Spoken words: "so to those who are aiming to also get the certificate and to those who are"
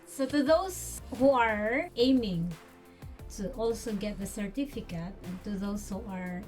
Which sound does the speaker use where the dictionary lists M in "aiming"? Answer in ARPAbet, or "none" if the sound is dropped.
M